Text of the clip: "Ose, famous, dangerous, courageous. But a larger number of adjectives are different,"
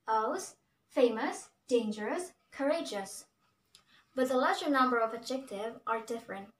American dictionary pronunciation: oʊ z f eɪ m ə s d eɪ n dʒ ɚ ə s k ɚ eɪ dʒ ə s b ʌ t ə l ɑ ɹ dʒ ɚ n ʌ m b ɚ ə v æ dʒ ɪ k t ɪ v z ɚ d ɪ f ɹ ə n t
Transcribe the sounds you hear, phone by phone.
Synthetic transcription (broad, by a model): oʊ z f eɪ m ə s d eɪ n dʒ ɚ ə s k ɚ eɪ dʒ ə s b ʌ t ə l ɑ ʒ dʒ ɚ n ʌ m b ɚ ə v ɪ dʒ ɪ k t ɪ v ɚ d ɪ f ɹ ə n t